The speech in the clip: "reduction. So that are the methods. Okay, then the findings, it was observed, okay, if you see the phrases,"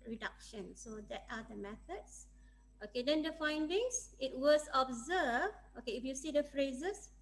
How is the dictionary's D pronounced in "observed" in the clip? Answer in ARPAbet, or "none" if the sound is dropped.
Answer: none